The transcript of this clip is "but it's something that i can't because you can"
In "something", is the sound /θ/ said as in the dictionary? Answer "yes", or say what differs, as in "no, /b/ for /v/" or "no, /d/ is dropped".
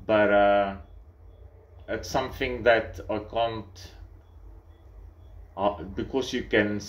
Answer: yes